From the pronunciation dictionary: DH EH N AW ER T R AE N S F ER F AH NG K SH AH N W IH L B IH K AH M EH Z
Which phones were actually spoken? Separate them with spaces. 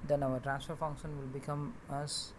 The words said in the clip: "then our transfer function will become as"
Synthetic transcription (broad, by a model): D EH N AW ER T R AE S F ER F AH NG K SH AH N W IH L B IH K AH M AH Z